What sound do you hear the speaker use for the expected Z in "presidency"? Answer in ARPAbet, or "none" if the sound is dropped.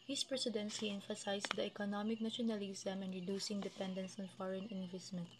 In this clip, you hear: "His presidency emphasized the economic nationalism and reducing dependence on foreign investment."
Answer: S